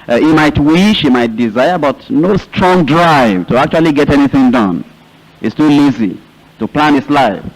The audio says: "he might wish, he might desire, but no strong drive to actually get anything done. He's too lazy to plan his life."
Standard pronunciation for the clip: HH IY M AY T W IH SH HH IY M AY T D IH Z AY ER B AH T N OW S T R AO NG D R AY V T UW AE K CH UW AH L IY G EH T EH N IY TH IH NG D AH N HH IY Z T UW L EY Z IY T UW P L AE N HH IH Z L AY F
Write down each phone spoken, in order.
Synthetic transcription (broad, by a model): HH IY M AY T W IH SH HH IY M AY T D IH Z AY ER B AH T N OW S T R AO NG D R AY V T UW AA K CH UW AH L IY G EH T EH N IY TH IH NG D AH N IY S T UW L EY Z IY T UW P L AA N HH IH S L AY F